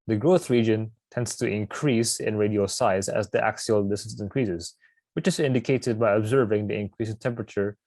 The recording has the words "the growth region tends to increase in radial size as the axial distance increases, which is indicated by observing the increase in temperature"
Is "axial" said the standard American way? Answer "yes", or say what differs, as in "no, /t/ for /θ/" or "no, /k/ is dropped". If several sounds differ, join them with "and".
yes